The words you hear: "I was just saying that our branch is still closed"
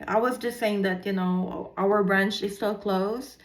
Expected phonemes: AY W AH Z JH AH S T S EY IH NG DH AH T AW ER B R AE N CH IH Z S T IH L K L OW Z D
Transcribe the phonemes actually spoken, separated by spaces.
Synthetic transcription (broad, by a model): AY W AH Z JH AH S T S EY IH NG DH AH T AW ER B R AE N CH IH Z S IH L K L OW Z